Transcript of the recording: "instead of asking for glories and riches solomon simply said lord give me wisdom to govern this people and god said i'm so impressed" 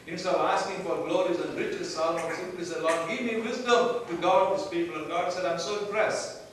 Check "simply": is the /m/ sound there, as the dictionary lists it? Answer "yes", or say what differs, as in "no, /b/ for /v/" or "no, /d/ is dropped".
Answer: no, /m/ is dropped